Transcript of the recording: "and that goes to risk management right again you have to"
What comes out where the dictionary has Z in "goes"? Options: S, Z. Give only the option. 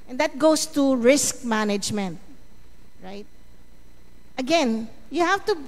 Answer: S